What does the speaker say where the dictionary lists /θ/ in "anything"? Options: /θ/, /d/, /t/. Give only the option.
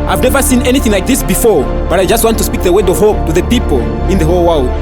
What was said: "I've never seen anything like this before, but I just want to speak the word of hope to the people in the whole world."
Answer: /θ/